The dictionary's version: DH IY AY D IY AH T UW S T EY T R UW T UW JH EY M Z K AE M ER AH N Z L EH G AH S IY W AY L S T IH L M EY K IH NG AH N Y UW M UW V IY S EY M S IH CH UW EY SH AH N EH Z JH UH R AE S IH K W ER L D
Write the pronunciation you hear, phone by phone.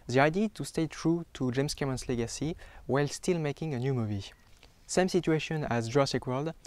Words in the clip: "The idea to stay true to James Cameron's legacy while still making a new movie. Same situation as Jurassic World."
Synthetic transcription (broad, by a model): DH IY AY D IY T UW S T EY T R UW T UW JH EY M S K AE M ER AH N S L EH G AH S IY W AY L S T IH L M EY K IH NG AH N Y UW M UW V IY S EY M S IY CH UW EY SH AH N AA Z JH R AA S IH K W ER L D